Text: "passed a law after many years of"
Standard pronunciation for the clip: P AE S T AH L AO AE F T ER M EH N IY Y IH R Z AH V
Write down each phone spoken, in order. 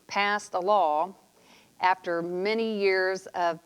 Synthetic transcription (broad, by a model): P AE S T AH L AO AE F T ER M EH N IY Y IH R Z AH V